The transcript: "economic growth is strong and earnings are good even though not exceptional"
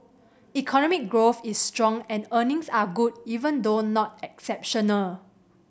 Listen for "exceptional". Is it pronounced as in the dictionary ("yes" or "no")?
yes